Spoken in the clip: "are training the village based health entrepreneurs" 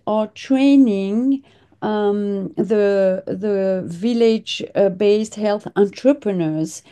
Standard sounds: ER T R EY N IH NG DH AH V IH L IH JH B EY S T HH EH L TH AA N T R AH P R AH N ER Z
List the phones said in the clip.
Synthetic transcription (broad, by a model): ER T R EY N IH NG DH AH V IH L IH JH B EY S T HH EH L TH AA N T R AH P R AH N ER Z